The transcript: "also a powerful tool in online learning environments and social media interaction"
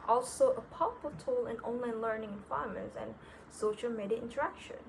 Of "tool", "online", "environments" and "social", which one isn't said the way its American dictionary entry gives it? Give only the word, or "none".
environments